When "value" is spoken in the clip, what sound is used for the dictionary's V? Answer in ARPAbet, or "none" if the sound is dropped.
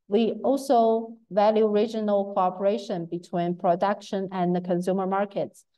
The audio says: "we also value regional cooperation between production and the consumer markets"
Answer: V